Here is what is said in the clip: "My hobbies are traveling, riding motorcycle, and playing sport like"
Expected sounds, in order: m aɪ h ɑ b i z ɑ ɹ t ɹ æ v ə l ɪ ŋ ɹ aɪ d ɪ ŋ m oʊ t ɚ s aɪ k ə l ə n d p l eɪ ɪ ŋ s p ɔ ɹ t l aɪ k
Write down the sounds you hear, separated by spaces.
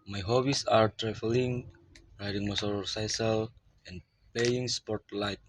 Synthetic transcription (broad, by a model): m aɪ h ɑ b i s ɑ ɹ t ɹ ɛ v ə l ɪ ŋ ɹ aɪ d ɪ ŋ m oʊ s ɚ s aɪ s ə l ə n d p l eɪ ɪ ŋ s p ɔ ɹ t l aɪ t